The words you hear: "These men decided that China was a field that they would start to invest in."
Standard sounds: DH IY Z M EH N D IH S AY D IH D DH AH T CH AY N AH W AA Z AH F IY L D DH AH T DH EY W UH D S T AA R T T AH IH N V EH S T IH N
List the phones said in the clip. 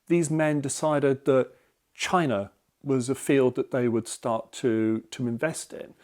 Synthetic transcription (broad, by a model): DH IY Z M EH N D IH S AY D IH D DH AH T CH AY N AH W AA Z AH F IY L D DH AH T DH EY W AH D S T AA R T T AH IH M V EH S T IH N